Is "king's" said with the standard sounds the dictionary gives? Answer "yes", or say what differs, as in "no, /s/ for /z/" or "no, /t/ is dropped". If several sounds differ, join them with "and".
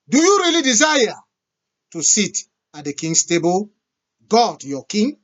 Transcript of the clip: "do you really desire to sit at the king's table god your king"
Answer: no, /s/ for /z/